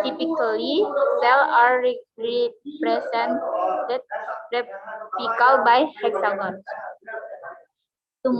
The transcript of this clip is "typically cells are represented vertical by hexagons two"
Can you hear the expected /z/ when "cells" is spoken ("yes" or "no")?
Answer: no